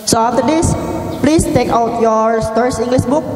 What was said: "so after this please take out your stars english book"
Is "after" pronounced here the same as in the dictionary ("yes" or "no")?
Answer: no